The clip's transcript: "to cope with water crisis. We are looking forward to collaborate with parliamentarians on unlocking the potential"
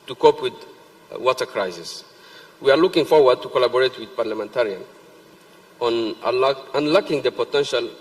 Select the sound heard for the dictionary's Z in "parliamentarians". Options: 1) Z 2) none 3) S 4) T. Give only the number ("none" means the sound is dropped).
2